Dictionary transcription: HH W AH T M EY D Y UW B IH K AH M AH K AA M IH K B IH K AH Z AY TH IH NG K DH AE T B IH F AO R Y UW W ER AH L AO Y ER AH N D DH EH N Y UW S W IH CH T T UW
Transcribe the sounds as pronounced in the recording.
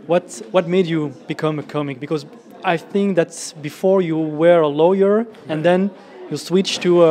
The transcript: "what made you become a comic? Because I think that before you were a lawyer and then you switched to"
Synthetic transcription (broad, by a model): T W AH T M EY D Y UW B IH K AH M AH K AA M IH K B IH K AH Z AY TH IH NG K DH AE T B IH F AO R Y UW W ER AH L AO Y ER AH N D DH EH N Y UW S W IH CH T T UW